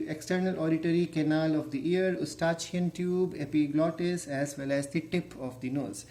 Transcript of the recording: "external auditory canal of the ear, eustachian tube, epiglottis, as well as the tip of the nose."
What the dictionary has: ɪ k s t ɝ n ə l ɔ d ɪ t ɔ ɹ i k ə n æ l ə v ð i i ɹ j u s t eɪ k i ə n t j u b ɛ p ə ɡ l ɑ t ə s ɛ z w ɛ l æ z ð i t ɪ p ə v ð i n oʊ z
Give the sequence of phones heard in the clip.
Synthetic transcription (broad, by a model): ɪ k s t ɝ n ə l ɔ d ɪ t ɔ ɹ i k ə n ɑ l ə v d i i ɹ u s t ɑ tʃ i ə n t j u b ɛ p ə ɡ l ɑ t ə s ɛ z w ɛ l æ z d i t ɪ p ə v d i n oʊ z